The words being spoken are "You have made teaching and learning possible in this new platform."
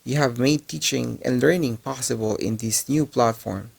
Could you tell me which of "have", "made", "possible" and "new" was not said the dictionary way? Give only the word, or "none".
none